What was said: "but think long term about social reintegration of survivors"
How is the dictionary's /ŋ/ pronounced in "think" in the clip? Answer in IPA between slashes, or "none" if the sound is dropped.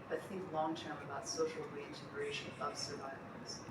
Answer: /ŋ/